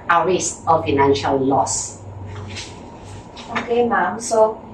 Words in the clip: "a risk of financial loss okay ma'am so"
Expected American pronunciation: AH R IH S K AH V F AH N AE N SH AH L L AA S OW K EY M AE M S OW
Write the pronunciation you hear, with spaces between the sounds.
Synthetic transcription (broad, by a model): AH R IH S AH F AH N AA N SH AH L L AA S OW K EY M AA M S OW